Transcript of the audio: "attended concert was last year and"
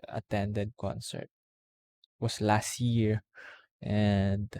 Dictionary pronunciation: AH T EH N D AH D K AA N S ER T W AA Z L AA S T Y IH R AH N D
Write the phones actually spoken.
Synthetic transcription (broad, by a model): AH T EH N D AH D K AA N S ER T W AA S L AA S T Y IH R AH N D